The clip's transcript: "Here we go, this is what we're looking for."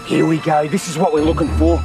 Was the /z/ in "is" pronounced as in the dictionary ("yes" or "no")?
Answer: yes